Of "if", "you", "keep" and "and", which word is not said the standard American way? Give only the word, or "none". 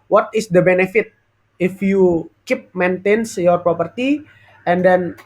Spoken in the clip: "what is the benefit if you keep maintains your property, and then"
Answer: none